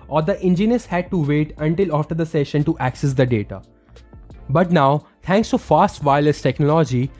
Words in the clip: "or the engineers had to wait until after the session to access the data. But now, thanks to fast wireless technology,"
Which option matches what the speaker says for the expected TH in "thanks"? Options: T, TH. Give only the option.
T